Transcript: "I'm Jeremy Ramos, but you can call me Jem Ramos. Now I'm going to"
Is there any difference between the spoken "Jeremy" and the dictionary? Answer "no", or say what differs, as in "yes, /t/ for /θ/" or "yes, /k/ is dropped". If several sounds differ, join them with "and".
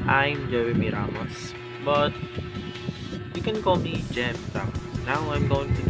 yes, /w/ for /ɹ/